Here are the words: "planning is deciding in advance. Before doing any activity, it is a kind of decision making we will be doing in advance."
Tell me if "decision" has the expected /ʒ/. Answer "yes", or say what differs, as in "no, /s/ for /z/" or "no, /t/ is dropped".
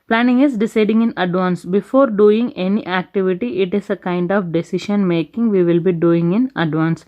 no, /ʃ/ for /ʒ/